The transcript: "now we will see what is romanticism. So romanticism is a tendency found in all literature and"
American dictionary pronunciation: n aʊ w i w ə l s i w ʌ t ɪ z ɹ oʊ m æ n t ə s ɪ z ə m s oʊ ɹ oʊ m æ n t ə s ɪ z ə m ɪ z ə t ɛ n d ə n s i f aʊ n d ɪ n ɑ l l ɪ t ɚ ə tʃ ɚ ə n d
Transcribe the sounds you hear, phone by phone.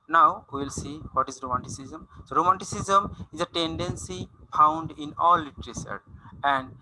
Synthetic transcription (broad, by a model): n aʊ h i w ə l s i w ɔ t ɪ z ɹ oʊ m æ n t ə s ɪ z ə m s oʊ ɹ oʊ m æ n t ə s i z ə m ɪ z ə t ɛ n d ə n s i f aʊ n d ɪ n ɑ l l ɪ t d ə s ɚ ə n d